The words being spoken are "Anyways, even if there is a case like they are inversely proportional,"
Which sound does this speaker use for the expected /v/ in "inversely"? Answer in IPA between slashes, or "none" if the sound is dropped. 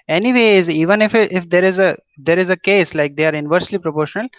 /v/